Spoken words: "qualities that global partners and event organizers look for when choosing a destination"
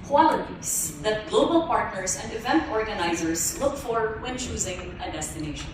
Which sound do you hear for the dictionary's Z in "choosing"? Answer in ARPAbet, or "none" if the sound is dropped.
Z